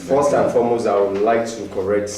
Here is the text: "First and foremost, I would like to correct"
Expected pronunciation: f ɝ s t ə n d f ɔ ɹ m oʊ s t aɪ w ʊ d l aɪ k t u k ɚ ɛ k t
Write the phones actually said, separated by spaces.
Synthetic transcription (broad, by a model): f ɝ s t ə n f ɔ m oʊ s aɪ w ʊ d l aɪ k t u k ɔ ɛ k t